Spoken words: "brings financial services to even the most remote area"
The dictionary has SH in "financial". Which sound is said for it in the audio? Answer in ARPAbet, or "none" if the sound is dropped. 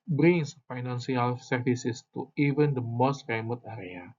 S